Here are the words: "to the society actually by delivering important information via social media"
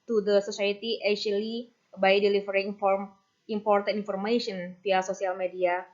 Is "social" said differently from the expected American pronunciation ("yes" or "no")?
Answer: yes